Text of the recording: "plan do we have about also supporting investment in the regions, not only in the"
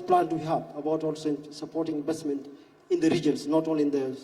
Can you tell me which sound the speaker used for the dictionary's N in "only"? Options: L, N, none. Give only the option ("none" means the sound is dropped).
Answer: none